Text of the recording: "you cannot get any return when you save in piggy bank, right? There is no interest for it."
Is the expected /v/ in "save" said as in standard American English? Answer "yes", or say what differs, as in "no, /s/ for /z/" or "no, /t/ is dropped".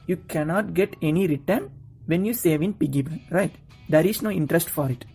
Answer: yes